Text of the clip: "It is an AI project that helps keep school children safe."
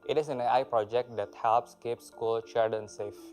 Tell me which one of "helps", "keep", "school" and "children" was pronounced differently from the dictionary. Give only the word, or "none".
children